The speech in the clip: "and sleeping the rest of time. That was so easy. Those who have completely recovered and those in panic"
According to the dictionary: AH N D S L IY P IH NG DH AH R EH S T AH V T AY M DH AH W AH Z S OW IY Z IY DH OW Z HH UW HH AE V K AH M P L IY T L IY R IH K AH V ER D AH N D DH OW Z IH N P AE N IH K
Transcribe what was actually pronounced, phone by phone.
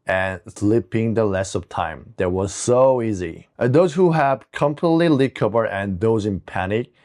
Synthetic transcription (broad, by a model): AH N S L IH P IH NG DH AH L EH S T AH V T AY M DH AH W AH Z S OW IY Z IY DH OW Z HH UW HH AE V K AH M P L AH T L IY L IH K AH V ER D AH N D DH OW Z IH N P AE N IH K